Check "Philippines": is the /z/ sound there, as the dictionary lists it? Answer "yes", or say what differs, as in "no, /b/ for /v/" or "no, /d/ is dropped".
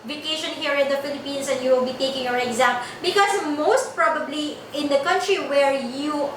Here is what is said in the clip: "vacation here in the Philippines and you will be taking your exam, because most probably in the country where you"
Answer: no, /s/ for /z/